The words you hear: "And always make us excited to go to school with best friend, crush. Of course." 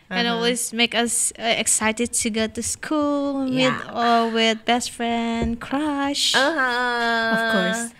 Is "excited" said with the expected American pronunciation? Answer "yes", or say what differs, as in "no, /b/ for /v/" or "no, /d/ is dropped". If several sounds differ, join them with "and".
yes